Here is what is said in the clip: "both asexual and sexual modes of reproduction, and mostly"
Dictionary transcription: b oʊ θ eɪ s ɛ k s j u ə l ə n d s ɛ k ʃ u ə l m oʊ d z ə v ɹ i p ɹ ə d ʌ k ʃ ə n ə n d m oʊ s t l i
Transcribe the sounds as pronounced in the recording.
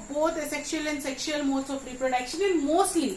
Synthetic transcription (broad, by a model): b oʊ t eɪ s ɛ k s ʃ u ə l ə n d s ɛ k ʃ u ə l m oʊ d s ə p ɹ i p ɹ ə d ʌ k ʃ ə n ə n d m oʊ s t l i